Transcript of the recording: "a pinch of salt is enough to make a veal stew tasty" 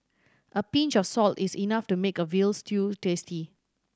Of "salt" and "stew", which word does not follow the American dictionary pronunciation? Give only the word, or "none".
none